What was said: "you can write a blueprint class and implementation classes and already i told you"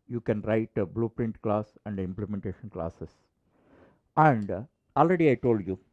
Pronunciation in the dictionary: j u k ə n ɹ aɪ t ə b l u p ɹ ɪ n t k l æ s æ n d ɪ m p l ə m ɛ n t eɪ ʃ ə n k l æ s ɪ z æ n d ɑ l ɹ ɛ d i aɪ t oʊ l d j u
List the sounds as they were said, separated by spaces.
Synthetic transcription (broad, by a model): j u k ə n ɹ aɪ t ə b l u p ɹ ɪ n t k l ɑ s æ n d ɪ m p l ə m ɛ n t eɪ ʃ ə n k l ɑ s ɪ s æ n d ɑ l ɹ ɛ d i aɪ t oʊ l d j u